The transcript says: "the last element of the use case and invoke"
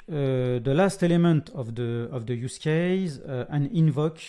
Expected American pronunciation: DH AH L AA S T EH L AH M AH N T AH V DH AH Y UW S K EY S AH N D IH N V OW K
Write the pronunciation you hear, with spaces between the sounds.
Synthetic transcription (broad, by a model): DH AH L AA S T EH L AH M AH N T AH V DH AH Y UW S K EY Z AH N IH N V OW K